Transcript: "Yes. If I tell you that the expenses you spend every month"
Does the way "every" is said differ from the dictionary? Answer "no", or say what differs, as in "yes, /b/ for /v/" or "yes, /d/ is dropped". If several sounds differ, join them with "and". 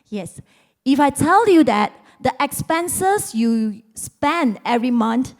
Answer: no